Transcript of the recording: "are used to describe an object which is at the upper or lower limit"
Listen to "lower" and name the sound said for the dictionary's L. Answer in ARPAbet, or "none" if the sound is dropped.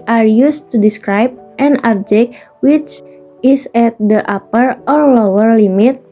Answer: L